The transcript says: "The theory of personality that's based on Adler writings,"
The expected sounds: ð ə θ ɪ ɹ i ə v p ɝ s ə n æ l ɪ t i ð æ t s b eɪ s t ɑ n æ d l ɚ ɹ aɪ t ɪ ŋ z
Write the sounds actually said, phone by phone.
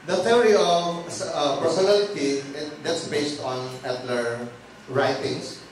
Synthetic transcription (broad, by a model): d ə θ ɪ ɹ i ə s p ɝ s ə n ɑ l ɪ t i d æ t s b eɪ s t ɑ n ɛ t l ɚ ɹ aɪ t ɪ ŋ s